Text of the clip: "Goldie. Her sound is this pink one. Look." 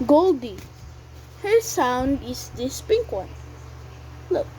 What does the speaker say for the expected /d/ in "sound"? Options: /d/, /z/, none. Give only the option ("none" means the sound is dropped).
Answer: /d/